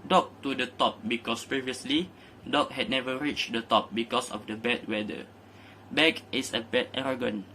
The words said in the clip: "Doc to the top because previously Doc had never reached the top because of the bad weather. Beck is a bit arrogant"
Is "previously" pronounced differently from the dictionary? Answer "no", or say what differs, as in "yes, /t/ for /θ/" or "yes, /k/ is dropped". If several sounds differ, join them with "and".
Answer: no